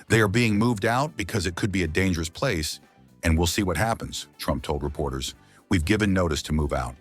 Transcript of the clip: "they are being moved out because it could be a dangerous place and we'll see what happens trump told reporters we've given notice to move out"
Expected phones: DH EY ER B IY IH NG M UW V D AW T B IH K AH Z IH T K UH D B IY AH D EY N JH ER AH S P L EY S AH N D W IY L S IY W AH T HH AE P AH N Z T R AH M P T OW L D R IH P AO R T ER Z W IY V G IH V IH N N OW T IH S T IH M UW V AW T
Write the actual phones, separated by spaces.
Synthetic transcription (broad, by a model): DH EY ER B IY IH NG M UW V D AW T B IH K AH Z IH T K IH D B IY AH D EY N JH ER AH S P L EY S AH N W IY L S IY W AH T HH AE P AH N Z T R AH M P T OW L D R IH P AO R T ER Z W IY V G IH V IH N N OW T IH S T IH M UW V AW T